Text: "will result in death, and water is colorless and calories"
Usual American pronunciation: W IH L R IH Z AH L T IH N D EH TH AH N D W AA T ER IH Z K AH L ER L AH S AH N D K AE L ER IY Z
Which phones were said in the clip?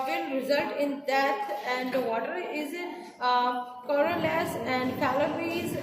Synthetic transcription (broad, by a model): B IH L R IH Z AH L T IH N D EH T AH N D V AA T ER IH Z K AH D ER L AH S AH N D K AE L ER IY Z